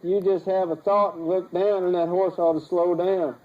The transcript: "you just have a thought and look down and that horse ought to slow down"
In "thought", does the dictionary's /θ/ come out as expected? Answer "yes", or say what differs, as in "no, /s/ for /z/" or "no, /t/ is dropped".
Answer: yes